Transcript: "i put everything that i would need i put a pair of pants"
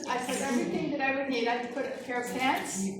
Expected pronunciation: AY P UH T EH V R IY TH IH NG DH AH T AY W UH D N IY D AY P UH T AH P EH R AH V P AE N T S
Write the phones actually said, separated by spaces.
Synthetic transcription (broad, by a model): AY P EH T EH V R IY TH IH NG DH AH T AY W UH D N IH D AY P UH T AH F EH R AH V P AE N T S